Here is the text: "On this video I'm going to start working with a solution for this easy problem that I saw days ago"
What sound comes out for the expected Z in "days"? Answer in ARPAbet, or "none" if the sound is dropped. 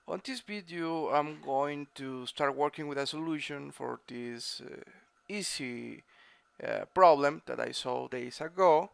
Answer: S